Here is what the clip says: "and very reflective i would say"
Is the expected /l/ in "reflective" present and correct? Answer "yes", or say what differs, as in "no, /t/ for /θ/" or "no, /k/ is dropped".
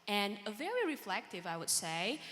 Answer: yes